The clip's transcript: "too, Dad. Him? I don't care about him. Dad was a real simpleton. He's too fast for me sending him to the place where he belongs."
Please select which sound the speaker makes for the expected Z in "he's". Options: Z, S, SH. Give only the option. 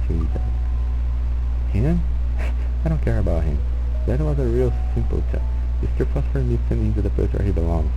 S